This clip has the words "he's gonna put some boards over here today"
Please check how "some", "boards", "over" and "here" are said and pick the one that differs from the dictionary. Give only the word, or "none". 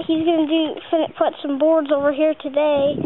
none